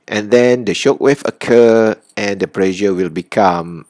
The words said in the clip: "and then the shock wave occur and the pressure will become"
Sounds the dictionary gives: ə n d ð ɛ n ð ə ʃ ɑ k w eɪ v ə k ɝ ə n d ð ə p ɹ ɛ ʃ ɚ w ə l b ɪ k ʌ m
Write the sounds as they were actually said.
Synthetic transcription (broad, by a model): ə n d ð ɛ n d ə ʃ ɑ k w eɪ f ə k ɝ ə n d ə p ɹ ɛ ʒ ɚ w ə l b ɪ k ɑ m